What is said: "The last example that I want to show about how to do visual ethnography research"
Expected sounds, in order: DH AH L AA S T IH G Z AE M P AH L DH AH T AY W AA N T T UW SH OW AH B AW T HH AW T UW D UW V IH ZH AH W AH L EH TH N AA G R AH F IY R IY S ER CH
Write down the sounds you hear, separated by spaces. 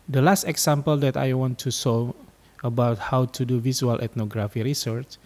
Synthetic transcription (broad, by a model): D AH L AA S T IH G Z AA M P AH L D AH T AY W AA N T T UW S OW AH B AW T HH AW T UW D UW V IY S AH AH L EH T N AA G R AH F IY R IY S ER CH